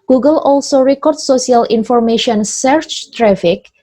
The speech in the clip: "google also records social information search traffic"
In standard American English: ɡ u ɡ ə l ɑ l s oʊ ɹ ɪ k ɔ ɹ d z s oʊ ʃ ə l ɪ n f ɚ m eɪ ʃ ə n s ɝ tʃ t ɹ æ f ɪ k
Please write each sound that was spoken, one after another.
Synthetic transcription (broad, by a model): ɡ u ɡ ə l ɑ l s oʊ ɹ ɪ k ɔ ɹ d s oʊ s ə l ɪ n f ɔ m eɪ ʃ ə n s ɝ tʃ t ɹ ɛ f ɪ k